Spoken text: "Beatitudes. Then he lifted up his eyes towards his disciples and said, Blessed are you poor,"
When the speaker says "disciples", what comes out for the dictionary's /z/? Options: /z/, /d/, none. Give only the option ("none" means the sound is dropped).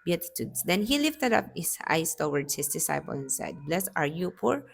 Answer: none